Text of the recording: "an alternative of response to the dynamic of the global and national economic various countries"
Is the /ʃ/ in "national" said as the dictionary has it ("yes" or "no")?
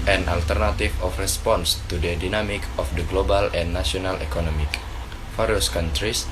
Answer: no